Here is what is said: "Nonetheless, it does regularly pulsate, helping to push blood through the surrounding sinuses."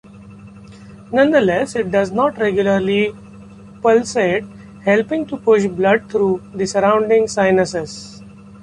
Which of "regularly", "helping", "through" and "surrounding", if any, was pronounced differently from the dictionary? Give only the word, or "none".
through